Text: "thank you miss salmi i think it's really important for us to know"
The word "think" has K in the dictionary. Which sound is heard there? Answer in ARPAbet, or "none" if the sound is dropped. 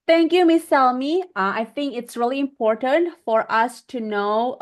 K